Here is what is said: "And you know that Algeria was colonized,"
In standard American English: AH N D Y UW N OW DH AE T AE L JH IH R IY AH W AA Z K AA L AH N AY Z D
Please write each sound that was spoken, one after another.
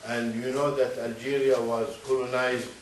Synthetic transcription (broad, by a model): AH N D Y UW N OW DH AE T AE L JH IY R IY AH W AA Z K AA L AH N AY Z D